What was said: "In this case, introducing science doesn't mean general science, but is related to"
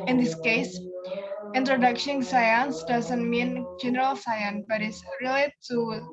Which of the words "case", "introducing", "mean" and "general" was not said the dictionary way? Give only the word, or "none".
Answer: introducing